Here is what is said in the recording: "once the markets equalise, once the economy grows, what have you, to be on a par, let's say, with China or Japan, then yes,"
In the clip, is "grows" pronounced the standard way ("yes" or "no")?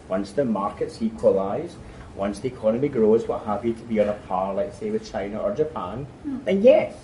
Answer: yes